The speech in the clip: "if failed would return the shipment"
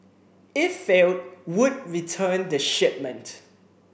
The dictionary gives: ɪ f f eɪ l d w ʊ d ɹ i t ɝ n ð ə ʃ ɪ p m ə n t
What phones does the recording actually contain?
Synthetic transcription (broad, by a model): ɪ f f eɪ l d w ʊ d ɹ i t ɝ n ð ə ʃ ɪ p m ə n t